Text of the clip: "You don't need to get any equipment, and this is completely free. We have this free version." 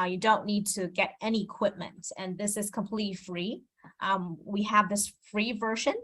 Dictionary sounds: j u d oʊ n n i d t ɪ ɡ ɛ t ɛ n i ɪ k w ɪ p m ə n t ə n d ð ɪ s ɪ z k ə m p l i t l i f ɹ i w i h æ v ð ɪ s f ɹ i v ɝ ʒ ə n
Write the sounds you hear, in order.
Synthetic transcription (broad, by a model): j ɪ d oʊ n n i d t ɪ ɡ ɛ t ɛ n i ɪ k w ɪ p m ə n t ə n ð ɪ s ɪ z k ə m p l i t l i f ɹ i w i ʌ v ð ɪ s f ɹ i v ɝ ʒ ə n